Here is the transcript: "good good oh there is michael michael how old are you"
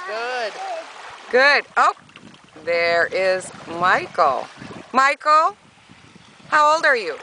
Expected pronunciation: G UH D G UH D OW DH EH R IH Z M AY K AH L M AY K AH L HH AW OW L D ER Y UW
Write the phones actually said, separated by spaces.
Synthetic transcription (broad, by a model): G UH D G UH D OW DH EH R IH Z M AY K L M AY K L HH AW OW L D ER Y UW